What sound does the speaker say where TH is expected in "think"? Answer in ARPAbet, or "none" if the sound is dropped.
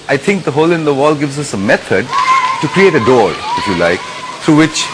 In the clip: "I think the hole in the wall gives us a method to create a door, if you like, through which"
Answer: T